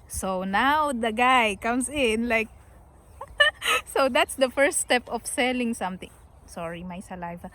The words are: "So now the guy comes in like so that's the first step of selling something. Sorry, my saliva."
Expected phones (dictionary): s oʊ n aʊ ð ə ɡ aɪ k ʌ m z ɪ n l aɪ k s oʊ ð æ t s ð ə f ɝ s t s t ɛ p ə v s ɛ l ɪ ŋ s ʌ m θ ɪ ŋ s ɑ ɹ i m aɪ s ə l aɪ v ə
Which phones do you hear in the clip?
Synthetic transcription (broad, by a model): s oʊ n aʊ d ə ɡ aɪ k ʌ m s ɪ n l aɪ k s oʊ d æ t s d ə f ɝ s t s t ɛ p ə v s ɛ l ɪ ŋ s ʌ m t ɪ ŋ s ɑ ɹ i m aɪ s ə l aɪ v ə